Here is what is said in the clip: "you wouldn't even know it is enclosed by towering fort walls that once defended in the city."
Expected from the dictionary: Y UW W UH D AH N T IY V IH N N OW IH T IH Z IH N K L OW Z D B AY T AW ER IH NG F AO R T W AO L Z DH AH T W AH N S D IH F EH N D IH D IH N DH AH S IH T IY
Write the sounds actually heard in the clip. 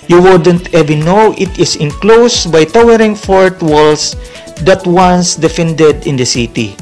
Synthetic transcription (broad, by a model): Y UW W UH D AH N T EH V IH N N OW IH T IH S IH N K L OW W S B AY T AW ER IH NG F AO R T W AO L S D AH T W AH N S D IH F EH N D IH D IH N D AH S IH T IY